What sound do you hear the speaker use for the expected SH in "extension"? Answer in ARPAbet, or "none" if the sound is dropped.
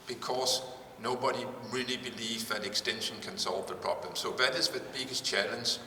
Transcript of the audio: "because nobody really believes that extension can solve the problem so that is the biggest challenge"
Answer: SH